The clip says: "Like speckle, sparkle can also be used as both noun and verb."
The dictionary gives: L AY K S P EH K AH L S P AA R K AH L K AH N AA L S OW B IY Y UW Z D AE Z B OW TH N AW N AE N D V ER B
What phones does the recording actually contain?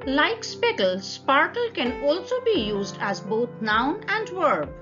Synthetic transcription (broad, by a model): L AY K S P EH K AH L S P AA R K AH L K AH N AA L S OW B IY Y UW Z D AE Z B OW T N AW N AE N D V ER B